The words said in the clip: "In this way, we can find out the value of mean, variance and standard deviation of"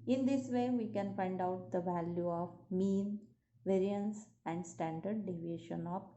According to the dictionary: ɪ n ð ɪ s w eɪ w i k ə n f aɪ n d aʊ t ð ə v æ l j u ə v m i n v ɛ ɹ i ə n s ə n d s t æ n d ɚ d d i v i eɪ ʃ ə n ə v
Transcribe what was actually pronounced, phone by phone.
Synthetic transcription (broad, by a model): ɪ n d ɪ s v eɪ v i k ə n f aɪ n d aʊ t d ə v æ l j u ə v m i n v ɛ ɹ i ə n s ə n d s t æ n d ɚ d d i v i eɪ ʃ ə n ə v